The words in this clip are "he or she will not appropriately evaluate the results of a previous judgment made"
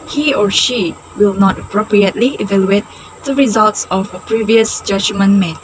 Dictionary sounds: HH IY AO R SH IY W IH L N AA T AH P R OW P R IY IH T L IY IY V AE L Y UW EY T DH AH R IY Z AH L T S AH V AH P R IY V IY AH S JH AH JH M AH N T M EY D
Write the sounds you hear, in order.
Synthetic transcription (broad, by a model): HH IY AO R SH IY W IH L N AA T AH P R OW P R IY IH T L IY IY V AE L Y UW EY T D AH R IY Z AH L T S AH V AH P R IY V IY AH S JH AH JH M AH N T M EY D